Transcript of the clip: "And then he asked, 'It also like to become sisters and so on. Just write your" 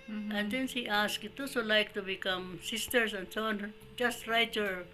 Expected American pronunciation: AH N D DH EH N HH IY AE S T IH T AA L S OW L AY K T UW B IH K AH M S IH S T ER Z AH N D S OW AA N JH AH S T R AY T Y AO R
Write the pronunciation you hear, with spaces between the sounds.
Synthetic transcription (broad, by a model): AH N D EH N HH IY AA S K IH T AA S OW L AY K T UW B IH K AH M S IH S T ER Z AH N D S OW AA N JH AH S T R AY T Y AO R